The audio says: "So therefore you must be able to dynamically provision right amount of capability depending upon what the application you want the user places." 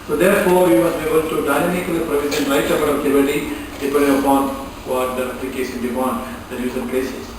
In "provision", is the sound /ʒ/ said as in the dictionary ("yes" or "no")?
no